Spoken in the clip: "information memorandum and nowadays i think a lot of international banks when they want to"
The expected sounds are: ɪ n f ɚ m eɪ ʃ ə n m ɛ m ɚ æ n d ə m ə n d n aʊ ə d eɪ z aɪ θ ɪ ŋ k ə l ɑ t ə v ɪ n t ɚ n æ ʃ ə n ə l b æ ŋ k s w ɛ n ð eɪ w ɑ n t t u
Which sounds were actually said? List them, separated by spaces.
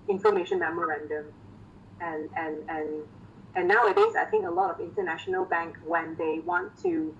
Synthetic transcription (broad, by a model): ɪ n f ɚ m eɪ ʃ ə n m ɛ m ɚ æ n d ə m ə n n n aʊ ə d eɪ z aɪ θ ɪ ŋ k ə l ɑ t ə v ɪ n t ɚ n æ ʃ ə n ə l b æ ŋ k w ɛ n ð eɪ w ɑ n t t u